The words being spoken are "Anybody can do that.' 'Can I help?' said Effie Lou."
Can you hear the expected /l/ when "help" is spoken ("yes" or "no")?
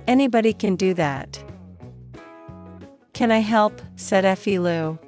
yes